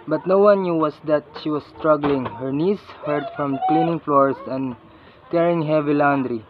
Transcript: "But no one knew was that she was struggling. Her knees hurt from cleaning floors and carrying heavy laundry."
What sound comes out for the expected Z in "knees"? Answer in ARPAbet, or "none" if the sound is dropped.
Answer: S